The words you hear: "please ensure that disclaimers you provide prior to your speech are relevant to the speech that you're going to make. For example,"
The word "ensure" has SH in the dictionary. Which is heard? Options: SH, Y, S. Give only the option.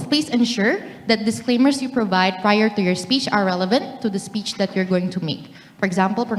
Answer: SH